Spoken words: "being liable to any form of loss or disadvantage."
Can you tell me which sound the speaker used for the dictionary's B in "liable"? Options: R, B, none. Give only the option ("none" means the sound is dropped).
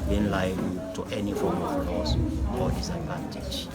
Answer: none